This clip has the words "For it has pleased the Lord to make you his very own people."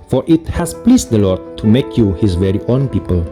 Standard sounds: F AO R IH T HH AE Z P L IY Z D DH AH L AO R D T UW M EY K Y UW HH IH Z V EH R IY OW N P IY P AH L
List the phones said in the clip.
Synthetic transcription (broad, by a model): F AO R IH T HH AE S P L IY S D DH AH L AO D T UW M EY K Y UW HH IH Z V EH R IY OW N P IY P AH L